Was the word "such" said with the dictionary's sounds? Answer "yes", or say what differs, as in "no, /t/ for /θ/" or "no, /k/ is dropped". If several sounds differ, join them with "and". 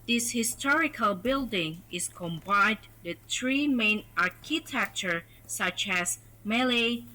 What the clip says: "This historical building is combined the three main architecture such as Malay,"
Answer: yes